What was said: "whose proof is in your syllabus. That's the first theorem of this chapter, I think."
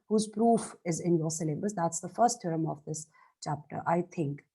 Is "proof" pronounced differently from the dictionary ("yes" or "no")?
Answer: no